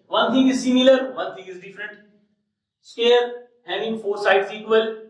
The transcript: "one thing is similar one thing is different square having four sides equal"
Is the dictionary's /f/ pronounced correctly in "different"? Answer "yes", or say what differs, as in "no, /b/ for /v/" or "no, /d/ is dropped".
yes